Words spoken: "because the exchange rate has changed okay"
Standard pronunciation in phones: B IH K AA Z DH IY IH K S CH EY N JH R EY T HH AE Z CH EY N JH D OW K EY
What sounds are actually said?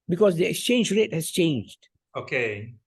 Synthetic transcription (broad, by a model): B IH K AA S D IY IH K S CH EY N JH R EY T HH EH S CH EY N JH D OW K EY